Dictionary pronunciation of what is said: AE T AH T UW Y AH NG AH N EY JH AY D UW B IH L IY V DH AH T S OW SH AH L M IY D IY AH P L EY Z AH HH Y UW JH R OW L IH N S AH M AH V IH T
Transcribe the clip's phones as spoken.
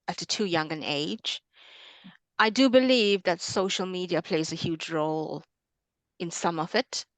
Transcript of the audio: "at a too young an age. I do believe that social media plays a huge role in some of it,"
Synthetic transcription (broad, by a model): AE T AH T UW Y AH NG AH N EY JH AY D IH B IH L IY V DH AH T S OW SH L M IY D IY AH P L EY Z AH HH Y UW JH R OW L IH N S AH M AH V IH T